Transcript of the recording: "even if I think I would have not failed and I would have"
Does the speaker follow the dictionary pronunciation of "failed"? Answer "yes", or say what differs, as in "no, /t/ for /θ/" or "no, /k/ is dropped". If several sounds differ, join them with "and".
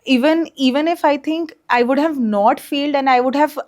yes